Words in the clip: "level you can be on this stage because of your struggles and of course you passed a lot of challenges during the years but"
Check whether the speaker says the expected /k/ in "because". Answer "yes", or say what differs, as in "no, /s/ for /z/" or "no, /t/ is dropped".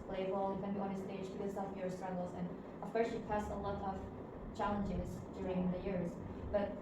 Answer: no, /k/ is dropped